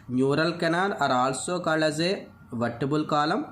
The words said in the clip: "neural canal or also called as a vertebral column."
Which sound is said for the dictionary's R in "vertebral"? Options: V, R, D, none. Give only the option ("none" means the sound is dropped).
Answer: none